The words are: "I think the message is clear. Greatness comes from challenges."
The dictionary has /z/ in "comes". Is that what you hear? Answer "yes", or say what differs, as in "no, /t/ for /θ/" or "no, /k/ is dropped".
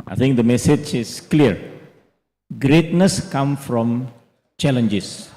no, /z/ is dropped